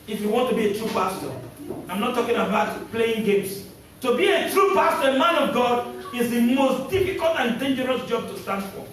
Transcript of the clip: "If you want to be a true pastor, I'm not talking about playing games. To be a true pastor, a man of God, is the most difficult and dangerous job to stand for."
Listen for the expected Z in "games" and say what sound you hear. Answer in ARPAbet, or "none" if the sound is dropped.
S